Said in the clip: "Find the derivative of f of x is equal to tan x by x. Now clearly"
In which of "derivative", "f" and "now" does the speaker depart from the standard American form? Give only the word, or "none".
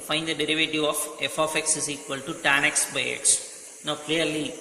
none